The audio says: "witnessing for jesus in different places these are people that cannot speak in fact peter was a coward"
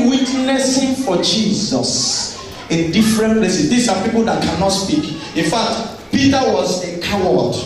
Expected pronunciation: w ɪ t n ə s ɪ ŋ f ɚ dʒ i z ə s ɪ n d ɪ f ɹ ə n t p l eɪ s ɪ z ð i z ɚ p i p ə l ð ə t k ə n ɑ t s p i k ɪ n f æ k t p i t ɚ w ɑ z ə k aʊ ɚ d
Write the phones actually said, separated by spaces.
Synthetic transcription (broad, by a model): w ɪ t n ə s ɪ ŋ f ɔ dʒ i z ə s ɪ n d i f ɹ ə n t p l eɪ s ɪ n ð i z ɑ p i p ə l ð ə t k ə n ɑ t s p i k ɪ n f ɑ k t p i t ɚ w ɑ z ə k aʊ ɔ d